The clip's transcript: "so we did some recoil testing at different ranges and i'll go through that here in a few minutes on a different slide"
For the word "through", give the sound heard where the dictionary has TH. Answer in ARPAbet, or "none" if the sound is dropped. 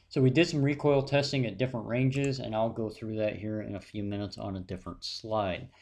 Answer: TH